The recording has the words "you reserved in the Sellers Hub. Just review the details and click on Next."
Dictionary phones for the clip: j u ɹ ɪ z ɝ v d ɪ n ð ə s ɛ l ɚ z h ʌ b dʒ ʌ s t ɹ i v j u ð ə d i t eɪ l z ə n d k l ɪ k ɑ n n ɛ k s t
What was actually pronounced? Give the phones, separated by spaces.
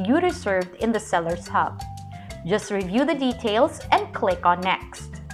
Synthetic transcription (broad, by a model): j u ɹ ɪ s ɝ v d ɪ n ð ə s ɛ l ɚ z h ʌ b dʒ ʌ s t ɹ i v j u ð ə d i t eɪ l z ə n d k l ɪ k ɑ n n ɛ k s t